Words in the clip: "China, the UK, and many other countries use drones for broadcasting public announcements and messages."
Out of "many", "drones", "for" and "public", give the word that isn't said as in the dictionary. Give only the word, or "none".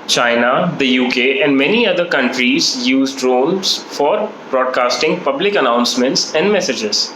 drones